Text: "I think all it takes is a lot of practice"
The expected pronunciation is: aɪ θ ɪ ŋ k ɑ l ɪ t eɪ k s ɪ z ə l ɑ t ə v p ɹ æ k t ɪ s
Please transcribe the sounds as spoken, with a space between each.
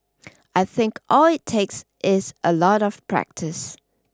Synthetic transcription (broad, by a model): aɪ θ ɪ ŋ k ɑ l ɪ t eɪ k s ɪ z ə l ɑ t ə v p ɹ æ k t ɪ s